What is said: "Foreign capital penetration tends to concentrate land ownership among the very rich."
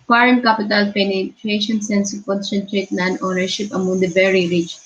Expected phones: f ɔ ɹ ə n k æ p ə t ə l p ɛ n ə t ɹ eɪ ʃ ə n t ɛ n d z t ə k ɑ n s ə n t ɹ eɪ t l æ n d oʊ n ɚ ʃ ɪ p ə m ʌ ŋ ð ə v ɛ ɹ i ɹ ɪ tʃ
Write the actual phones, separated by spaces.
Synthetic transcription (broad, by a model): f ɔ ɹ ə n k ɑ p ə t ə l p ɛ n ə t ɹ eɪ ʃ ə n s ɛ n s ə k ɑ n s ə n t ɹ eɪ t n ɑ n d oʊ n ɚ ʃ ɪ p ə m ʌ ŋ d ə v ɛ ɹ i ɹ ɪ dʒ